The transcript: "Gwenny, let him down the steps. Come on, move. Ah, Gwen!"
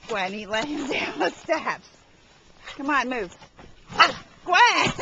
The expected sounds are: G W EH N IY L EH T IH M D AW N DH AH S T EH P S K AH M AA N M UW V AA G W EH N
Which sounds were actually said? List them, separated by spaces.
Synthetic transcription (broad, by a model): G W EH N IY L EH IH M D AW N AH S T EH P S K AH M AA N M UW V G W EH